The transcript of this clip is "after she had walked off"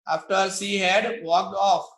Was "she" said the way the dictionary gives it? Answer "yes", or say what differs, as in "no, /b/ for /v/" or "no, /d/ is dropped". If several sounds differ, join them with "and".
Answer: no, /s/ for /ʃ/